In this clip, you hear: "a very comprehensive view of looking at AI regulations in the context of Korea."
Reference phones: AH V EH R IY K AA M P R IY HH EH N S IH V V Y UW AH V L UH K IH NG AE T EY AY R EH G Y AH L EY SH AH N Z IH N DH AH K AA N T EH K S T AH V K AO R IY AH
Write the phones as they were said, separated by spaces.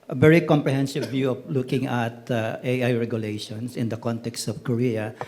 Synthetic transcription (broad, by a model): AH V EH R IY K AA M P R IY HH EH N S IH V V Y UW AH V L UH K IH NG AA T EY AY R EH G Y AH L EY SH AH N S IH N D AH K AA N T EH K S T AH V K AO R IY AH